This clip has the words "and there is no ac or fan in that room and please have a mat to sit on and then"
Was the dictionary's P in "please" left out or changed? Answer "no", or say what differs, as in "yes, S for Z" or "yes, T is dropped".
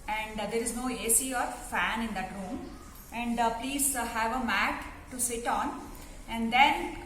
no